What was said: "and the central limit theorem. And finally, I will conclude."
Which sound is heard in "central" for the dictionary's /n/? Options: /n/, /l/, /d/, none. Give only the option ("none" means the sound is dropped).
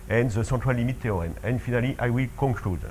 none